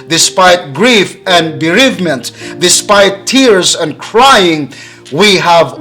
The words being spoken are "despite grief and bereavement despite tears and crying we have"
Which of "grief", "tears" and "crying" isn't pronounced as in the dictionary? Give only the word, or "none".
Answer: none